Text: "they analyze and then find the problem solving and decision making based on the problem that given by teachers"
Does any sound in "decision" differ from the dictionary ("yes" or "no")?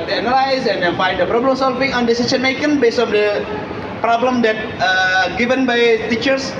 yes